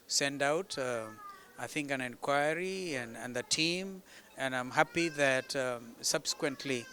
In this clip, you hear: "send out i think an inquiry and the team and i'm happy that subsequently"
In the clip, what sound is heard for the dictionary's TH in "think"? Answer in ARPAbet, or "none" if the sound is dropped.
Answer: TH